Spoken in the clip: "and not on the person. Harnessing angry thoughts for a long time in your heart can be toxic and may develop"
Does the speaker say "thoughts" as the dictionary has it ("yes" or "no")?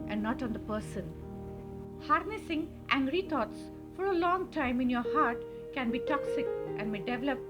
no